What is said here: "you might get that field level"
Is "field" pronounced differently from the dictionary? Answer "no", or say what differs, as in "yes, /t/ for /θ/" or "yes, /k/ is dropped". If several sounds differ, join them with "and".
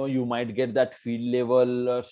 yes, /l/ is dropped